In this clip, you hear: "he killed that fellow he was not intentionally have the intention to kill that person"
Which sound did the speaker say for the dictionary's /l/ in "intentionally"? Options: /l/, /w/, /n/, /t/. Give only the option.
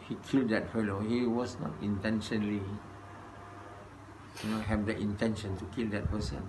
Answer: /n/